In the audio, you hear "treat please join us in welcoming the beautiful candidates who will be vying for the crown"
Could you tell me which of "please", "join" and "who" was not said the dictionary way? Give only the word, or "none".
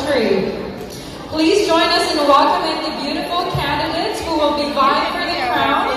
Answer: none